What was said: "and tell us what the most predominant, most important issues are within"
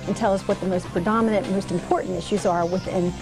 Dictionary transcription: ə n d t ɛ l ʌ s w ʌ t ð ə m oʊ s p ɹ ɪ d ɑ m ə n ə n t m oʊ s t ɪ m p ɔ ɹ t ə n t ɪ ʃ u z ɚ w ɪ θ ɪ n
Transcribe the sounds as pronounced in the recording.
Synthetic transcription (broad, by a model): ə n t ɛ l ʌ s w ʌ t ð ə m oʊ s p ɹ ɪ d ɑ m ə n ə n m oʊ s t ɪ m p ɔ ɹ t n t ɪ ʃ u z ɚ w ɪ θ ɪ n